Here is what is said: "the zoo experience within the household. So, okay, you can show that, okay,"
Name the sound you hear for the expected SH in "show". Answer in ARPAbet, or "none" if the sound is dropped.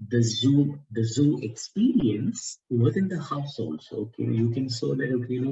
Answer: S